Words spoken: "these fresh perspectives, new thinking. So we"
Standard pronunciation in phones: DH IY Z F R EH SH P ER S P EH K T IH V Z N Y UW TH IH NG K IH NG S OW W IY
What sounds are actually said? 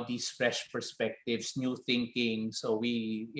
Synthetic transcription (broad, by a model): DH IY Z F R EH SH P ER S P EH K T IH V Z N Y UW TH IH NG K IH NG S OW W IY